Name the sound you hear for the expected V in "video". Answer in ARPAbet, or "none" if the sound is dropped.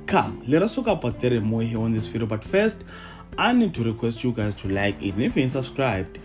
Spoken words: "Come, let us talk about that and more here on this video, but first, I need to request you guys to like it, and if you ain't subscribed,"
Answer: F